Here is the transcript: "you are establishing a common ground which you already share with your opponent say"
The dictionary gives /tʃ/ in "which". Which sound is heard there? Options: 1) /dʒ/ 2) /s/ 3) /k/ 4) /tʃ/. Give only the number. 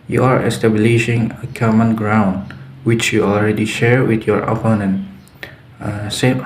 4